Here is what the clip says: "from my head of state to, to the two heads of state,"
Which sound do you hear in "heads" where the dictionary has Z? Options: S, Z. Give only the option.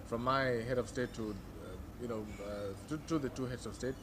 S